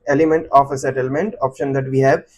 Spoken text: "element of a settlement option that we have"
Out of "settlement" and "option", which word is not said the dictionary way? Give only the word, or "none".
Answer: none